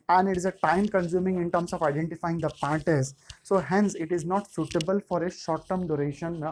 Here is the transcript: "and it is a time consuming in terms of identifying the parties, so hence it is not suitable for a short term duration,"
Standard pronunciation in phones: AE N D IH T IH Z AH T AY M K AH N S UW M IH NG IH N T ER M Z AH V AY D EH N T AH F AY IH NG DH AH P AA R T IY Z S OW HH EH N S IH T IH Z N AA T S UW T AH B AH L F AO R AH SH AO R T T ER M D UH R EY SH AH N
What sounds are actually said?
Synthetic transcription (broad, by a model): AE N D IH T IH Z AH T AY M K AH N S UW M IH NG IH N T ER M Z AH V AY D EH N T AH F AY IH NG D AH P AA T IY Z S OW HH EH N S IH T IH Z N AA T S UW T AH B AH L F AO R AH SH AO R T T ER M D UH R EY SH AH N